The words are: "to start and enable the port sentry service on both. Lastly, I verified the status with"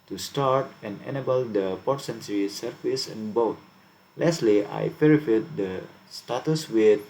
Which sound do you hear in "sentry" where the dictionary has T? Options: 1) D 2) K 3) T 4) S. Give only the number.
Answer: 4